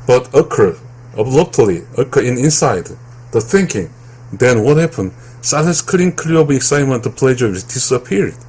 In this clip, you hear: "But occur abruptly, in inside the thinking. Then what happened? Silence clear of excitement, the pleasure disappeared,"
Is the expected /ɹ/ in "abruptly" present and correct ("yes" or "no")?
no